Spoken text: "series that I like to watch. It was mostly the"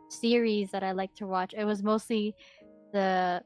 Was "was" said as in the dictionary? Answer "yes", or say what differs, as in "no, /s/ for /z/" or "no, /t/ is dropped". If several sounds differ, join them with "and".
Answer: yes